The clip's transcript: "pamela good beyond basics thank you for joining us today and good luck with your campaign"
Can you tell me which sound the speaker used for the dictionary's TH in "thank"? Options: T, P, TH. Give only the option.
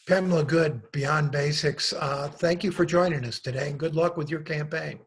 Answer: TH